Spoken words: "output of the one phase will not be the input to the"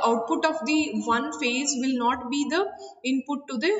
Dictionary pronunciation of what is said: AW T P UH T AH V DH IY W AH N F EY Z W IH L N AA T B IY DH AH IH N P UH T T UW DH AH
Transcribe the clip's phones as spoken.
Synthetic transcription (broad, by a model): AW T P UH T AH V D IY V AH N F EY Z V IH L N AA T B IY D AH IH N P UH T T UW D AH